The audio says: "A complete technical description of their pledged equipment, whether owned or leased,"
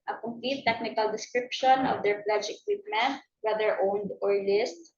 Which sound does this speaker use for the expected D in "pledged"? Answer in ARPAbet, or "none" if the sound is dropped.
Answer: none